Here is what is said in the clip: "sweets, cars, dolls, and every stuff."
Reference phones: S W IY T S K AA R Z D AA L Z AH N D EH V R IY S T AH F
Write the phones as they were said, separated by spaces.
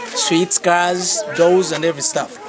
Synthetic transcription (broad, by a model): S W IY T S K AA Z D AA Z AH N D EH V R IY S T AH F